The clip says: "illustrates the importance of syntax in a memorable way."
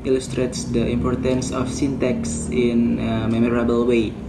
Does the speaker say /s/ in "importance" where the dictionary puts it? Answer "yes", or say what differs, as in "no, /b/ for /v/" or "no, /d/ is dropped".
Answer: yes